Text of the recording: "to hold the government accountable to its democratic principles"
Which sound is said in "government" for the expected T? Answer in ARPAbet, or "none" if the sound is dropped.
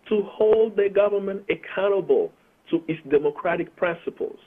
T